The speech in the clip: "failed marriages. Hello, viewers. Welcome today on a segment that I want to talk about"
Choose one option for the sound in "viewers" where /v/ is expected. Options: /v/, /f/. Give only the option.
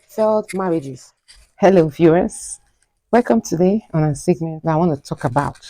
/f/